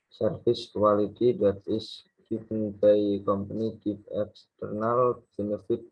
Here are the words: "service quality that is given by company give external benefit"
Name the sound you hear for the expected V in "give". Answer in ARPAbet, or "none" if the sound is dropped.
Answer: F